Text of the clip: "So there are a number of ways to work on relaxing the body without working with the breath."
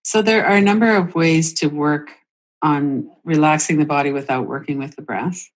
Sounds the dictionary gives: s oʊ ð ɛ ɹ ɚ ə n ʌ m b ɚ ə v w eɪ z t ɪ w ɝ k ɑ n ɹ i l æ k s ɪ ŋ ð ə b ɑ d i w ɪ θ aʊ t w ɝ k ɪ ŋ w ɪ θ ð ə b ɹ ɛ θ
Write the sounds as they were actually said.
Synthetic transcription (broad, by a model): s oʊ ð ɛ ɹ ɚ ə n ʌ m b ɚ ə v w eɪ z t ɪ w ɝ k n ɹ i l æ k s ɪ ŋ ð ə b ɑ d i w ɪ θ aʊ t w ɝ k ɪ ŋ w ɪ ð ə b ɹ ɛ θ